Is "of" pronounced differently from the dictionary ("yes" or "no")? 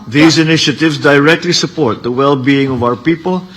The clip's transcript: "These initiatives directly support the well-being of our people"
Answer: no